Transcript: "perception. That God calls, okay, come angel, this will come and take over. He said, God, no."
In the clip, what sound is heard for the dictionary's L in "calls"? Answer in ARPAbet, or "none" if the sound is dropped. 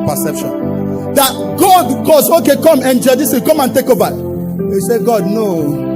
none